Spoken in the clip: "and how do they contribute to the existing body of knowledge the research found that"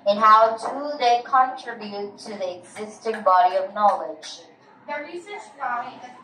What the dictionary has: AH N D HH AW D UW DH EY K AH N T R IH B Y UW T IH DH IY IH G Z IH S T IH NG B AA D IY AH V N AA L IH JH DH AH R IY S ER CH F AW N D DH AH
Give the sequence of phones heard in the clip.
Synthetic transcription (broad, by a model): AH N HH AW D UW DH EY K AH N T R IH B Y UW T IH DH IY IH G Z IH S T IH NG B AA D IY AH V N AA L IH JH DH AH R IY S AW